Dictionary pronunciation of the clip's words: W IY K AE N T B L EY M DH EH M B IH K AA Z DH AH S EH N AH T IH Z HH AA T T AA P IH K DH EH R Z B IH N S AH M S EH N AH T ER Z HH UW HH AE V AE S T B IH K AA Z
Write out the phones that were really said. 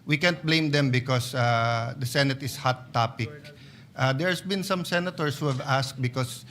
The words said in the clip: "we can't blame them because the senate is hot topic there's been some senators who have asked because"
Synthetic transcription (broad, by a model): W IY K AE N T B L EY M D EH M B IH K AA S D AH S EH N AH T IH S HH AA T T AA P IH K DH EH R S B IH N S AH M S EH N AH T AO S HH UW HH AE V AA S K B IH K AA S